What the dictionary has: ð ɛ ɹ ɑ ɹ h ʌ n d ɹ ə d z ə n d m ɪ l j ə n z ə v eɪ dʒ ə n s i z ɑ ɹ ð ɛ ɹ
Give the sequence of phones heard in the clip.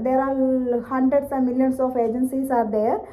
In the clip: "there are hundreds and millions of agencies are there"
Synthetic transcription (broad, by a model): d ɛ ɹ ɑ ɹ h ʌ n d ɹ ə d s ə m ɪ l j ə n s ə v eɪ dʒ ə n s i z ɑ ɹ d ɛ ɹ